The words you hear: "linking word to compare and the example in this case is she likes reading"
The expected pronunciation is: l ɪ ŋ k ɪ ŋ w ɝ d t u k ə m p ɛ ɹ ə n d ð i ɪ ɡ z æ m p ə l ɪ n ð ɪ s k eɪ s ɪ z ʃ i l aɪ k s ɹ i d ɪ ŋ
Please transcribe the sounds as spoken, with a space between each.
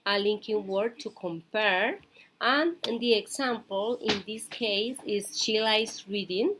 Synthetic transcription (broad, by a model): l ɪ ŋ k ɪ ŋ w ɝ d t u k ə m p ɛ ɹ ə n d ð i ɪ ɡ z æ m p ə l ɪ n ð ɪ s k eɪ s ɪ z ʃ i l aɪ s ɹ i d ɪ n